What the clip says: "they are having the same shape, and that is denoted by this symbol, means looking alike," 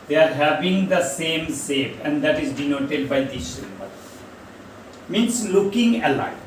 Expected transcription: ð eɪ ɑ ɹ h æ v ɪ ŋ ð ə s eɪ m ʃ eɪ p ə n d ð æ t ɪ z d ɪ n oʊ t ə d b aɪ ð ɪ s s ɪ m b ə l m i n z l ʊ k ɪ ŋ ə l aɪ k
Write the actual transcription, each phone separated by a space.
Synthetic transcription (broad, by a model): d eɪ ɑ ɹ h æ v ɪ ŋ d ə s eɪ m s eɪ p ə n d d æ t ɪ z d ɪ n oʊ t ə d b aɪ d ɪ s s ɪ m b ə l m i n s l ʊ k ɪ ŋ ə l aɪ